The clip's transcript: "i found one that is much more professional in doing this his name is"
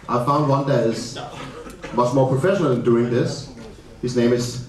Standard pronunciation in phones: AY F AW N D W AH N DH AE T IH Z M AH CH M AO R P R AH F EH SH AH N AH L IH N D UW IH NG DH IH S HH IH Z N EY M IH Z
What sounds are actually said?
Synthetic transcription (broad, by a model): AY F AW N D W AH N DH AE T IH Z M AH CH M AO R P R AH F EH SH AH N AH L IH N D UW IH NG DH IH S HH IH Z N EY M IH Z